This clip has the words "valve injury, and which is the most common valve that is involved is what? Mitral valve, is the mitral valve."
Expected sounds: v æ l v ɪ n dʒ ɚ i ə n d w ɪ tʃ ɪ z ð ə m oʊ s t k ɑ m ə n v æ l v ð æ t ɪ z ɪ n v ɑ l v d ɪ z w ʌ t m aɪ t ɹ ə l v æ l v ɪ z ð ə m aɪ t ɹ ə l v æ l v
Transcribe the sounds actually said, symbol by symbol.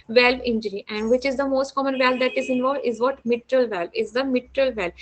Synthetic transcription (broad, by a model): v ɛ l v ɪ n dʒ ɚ i ə n d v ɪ tʃ ɪ z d ə m oʊ s t k ɑ m ə n v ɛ l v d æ t ɪ z ɪ n v ɑ l v d ɪ z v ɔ t m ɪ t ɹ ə l v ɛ l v ɪ z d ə m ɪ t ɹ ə l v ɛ l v